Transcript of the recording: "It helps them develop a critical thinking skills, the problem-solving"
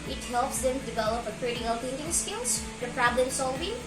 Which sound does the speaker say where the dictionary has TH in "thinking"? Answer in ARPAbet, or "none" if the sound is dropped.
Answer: T